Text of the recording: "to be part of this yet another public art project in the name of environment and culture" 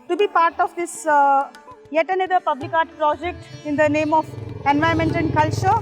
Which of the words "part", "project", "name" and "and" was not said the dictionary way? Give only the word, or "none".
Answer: none